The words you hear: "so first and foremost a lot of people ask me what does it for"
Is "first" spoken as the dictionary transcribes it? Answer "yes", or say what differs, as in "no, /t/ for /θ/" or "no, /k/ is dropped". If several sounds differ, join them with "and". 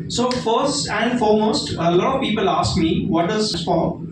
yes